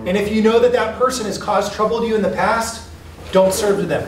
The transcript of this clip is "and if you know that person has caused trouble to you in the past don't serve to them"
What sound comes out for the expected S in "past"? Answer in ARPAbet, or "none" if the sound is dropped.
S